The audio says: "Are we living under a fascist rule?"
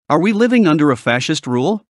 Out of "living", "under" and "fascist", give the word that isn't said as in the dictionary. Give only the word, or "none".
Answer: none